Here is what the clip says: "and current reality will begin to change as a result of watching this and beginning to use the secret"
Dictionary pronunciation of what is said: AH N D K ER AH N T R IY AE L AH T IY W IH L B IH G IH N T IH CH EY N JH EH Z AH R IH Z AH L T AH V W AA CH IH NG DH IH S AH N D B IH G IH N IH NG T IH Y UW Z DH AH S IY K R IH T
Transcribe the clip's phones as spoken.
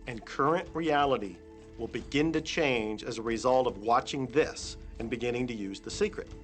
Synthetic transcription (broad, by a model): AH N K ER AH N T R IY AE L AH T IY W IH L B IH G IH N T IH CH EY N JH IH Z AH R IH Z AH L T AH V W AA CH IH NG DH IH S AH N B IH G IH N IH NG T IH Y UW Z DH AH S IY K R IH T